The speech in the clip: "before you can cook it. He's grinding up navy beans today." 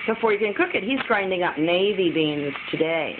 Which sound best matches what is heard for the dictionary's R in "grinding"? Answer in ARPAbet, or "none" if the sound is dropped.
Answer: R